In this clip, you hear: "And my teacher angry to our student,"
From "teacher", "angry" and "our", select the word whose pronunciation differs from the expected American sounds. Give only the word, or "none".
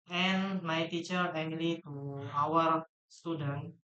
angry